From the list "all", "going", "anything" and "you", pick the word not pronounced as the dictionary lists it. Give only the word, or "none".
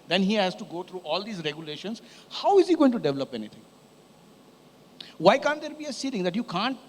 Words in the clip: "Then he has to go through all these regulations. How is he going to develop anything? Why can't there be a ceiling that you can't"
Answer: anything